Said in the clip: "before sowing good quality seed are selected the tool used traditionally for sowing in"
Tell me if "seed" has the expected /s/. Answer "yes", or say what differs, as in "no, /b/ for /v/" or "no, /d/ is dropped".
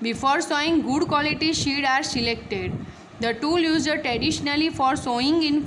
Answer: no, /ʃ/ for /s/